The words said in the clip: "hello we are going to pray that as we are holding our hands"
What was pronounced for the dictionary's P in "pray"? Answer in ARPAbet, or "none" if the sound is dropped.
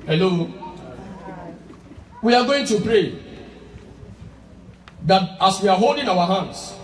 P